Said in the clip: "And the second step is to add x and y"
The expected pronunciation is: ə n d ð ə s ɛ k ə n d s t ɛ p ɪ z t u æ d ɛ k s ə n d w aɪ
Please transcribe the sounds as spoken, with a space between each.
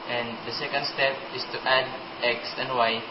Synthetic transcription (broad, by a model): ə n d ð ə s ɛ k ə n d s t ɛ p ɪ s t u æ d ɛ k s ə n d w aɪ